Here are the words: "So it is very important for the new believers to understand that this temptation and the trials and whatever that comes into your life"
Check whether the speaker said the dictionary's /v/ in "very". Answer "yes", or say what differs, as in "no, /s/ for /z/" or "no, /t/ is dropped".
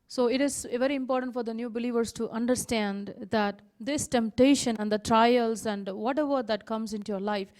yes